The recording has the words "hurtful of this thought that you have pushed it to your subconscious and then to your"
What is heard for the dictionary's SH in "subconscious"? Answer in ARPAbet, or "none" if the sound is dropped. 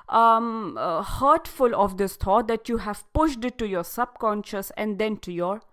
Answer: SH